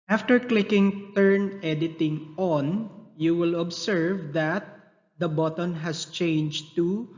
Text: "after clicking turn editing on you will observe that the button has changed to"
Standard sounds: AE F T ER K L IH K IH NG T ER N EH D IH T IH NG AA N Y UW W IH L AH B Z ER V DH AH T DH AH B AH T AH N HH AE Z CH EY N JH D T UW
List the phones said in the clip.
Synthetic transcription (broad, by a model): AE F T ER K L IH K IH NG T ER N EH D IH T IH NG AA N Y UW W IH L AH B S ER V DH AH T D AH B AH T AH N HH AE S CH EY N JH T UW